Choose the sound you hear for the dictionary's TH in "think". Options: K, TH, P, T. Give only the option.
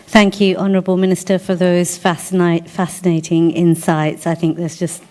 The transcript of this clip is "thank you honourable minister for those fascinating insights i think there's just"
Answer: TH